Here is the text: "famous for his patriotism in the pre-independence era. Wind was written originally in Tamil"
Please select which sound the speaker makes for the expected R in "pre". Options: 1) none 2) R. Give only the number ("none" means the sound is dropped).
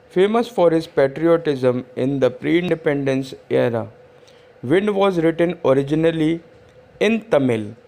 2